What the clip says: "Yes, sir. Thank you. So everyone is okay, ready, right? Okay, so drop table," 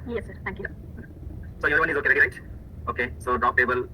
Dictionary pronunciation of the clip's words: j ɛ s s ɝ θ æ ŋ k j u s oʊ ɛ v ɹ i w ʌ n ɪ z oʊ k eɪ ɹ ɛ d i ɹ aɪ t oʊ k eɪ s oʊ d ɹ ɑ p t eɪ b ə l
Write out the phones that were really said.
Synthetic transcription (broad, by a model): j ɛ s s ɝ t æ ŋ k j u s oʊ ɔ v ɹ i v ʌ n ɪ z oʊ k eɪ ɹ ɛ d i ɹ aɪ t oʊ k eɪ s oʊ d ɹ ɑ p t eɪ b ə l